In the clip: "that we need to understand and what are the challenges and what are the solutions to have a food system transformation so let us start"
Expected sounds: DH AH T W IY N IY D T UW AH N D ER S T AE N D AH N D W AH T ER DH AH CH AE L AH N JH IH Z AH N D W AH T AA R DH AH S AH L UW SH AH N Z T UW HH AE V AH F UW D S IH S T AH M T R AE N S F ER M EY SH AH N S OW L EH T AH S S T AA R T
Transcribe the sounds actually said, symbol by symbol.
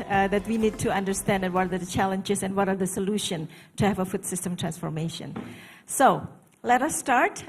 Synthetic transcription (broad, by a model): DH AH T W IY N IY D T UW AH N D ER S T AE AH N D W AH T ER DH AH CH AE L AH N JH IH S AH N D W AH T AA R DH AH S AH L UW SH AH N T UW HH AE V AH F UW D S IH S T AH M T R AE N S F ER M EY SH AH N S OW L EH T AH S S T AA R T